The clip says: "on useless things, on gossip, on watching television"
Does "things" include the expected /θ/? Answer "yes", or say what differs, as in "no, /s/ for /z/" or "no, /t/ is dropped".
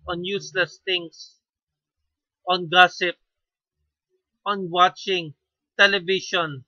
no, /t/ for /θ/